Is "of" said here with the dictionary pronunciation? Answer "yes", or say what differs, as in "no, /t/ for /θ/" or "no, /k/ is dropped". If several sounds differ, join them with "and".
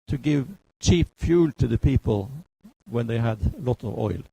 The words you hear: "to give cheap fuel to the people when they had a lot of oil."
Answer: yes